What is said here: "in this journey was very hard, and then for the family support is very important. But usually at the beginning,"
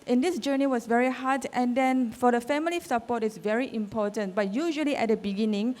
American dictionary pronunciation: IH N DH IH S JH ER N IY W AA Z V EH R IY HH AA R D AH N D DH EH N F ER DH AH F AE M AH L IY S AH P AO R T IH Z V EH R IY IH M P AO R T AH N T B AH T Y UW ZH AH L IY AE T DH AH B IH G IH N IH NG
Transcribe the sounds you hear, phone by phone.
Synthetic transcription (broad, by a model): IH N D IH S JH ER N IY W AA S V EH R IY HH AA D AH N D EH N F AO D AH F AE M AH L IY S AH P AO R T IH S V EH R IY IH M P AO T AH N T B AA T Y UW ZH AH L IY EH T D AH B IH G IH N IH NG